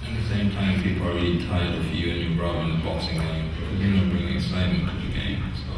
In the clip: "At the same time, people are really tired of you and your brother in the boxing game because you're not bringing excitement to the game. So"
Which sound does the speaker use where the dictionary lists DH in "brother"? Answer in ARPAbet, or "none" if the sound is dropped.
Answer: none